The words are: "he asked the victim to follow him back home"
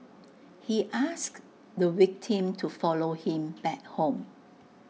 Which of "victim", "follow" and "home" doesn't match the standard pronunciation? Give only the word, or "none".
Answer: victim